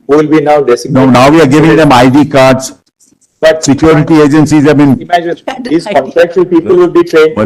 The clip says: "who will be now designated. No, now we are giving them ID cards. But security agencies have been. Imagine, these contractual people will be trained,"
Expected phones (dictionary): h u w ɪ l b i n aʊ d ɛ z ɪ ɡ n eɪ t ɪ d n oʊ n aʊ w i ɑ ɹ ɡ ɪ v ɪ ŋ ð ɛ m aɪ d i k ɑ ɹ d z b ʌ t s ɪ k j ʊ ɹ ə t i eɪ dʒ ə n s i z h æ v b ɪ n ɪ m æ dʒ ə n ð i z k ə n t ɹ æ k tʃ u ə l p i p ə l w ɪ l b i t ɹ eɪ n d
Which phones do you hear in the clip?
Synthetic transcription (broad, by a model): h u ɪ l b i n aʊ d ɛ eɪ s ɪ n oʊ n aʊ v i ɑ ɹ ɡ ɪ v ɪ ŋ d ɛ m aɪ d i k ɑ ɹ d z b ʌ t s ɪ k j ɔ ɹ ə t i eɪ dʒ ə n s i z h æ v b ɪ n ɪ m æ dʒ ə n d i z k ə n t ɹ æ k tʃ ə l p i p ə l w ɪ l b i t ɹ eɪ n